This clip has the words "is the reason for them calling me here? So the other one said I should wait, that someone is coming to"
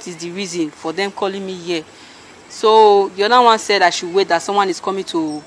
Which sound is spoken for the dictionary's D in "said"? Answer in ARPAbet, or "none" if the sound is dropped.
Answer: D